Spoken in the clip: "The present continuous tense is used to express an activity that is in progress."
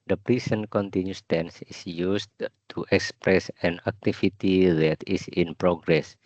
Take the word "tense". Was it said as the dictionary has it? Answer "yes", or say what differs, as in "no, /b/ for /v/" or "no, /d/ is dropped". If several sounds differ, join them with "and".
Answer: yes